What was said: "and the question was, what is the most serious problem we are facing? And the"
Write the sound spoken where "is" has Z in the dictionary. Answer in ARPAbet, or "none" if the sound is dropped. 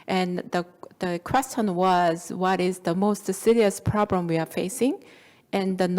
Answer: Z